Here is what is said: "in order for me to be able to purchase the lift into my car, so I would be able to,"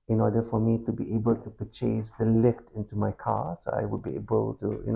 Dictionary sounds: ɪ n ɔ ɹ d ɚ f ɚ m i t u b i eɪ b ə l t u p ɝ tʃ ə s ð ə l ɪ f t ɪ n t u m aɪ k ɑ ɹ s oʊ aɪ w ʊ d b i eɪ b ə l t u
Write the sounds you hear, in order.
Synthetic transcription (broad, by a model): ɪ n ɔ d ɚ f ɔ m i t u b i eɪ b ə l t u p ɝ tʃ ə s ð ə l ɪ f t ɪ n t u m aɪ k ɑ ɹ s oʊ aɪ w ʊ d b i eɪ b ə l t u